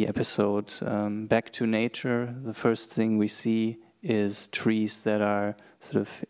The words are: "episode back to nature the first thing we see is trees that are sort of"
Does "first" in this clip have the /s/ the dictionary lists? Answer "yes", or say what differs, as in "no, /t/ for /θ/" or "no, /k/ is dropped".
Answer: yes